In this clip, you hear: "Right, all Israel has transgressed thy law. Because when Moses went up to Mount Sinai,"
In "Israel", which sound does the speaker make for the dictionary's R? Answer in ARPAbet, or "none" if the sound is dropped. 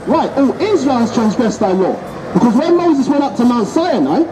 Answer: R